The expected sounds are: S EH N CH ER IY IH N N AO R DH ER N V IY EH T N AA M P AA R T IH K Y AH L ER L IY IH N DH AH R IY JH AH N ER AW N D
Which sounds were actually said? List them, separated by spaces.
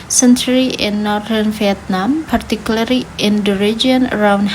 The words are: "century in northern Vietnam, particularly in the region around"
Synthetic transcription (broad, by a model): S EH N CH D IY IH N N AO R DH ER N F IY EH T N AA M P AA R T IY K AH L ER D IY IH N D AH R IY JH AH N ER AW N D